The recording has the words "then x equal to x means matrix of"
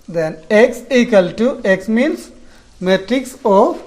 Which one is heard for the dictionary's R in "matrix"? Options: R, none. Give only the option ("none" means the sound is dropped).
R